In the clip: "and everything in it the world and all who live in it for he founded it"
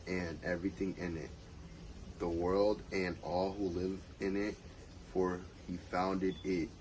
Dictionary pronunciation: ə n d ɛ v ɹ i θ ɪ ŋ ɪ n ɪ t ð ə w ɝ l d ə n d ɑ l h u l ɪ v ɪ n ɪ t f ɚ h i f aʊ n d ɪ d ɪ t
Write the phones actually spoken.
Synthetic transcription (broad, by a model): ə n ɛ v ɹ i θ ɪ ŋ ɪ n ɪ t ð ə w ɝ l d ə n ɑ l h u l ɪ v ɪ n ɪ t f ɚ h i f aʊ n d ɪ d ɪ t